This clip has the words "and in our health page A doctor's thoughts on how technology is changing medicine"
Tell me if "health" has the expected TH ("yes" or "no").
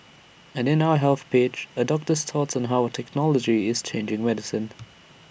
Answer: yes